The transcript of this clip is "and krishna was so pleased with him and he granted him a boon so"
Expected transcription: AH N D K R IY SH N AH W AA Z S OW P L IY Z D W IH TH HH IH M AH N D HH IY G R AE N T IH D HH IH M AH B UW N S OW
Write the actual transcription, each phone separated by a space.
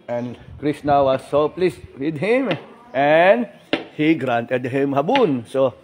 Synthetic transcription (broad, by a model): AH N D K R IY S N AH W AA S OW P L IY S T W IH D HH IH M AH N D HH IY G R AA N T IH D HH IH M AH B UW N S OW